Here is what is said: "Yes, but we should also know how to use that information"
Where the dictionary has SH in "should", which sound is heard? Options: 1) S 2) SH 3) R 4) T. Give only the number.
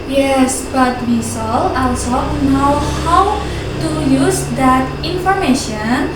1